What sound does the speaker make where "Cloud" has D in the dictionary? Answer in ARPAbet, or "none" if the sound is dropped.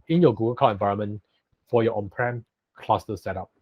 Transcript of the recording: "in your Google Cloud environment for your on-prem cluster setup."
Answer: none